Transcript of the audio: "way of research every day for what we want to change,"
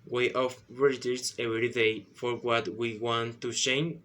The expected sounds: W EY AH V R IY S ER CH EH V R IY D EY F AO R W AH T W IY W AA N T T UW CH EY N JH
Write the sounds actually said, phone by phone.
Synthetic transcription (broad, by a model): W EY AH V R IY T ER S EH V R IY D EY F AO R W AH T W IY W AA N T T UW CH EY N